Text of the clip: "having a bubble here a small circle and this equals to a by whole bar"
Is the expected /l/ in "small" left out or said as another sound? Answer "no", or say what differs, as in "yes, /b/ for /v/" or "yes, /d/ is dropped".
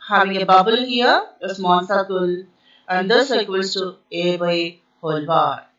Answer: yes, /n/ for /l/